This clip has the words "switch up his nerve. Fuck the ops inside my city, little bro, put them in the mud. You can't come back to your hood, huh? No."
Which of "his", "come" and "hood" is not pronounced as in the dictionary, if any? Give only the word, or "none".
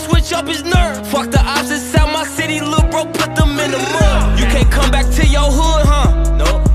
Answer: none